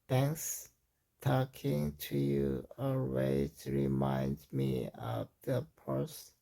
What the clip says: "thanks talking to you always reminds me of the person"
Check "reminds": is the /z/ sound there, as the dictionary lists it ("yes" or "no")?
no